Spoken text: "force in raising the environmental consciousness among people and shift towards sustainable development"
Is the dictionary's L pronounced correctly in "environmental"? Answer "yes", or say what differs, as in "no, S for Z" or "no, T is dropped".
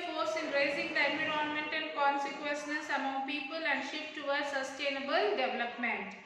no, N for L